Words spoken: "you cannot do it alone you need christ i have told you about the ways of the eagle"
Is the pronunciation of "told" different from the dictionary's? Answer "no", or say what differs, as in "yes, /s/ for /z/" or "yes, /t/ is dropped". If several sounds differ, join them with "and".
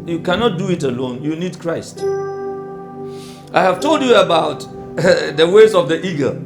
no